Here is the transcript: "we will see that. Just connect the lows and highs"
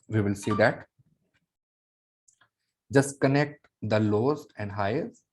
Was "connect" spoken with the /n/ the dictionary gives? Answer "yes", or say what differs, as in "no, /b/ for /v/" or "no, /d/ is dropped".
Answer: yes